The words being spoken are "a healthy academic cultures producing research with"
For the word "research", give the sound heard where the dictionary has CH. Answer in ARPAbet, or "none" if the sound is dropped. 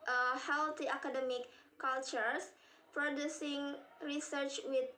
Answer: CH